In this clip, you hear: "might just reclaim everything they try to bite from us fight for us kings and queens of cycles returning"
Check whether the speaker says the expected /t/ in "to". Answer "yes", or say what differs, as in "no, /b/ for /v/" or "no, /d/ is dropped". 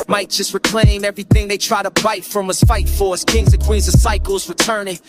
yes